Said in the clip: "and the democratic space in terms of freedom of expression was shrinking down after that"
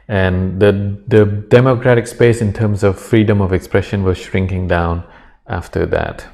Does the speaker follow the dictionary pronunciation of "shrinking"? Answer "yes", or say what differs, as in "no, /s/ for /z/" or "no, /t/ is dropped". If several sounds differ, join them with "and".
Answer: yes